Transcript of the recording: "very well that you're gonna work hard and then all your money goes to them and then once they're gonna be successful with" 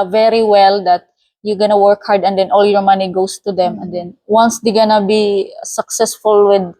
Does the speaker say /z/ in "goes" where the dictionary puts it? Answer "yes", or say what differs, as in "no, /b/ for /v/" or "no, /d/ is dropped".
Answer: no, /s/ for /z/